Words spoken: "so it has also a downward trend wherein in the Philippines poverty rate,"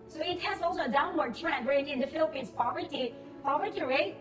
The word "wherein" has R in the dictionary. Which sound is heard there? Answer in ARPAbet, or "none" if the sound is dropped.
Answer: none